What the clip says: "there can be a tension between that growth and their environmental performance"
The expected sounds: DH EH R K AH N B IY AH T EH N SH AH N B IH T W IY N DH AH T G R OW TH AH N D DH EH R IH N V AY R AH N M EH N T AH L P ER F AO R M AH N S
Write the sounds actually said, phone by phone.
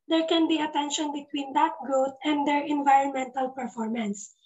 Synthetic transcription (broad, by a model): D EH R K AH N B IY AH T EH N SH AH N B IH T W IY N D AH T G R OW T AH N D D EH R IH N V AY R AH N M EH N T AH L P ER F AO R M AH N S